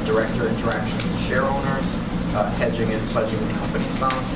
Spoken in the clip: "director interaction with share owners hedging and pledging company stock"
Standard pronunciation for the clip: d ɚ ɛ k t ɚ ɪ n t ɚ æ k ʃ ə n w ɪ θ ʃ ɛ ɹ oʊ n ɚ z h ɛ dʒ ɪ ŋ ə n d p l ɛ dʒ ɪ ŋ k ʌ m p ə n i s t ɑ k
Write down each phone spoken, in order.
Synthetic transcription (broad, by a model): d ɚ ɛ k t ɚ ɪ n t ɚ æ k ʃ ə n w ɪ ʃ ɛ ɹ oʊ n ɚ z h ɛ dʒ ɪ ŋ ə n p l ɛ dʒ ɪ ŋ k ʌ m p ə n i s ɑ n